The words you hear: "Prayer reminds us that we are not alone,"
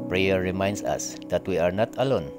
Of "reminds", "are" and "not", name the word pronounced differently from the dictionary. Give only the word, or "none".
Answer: reminds